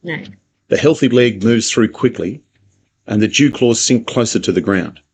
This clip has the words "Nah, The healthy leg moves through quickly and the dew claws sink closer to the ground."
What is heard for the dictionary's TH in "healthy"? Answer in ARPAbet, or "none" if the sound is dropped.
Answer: TH